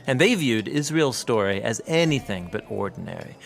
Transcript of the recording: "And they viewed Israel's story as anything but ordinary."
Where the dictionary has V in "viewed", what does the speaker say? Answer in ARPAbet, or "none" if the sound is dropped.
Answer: V